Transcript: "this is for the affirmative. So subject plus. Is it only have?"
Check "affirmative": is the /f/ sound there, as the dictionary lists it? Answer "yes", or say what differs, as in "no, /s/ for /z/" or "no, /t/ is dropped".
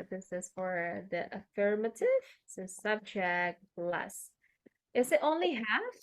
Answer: yes